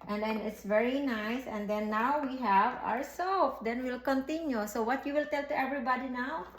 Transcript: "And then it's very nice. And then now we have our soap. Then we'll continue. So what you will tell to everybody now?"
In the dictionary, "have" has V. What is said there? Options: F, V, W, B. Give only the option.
V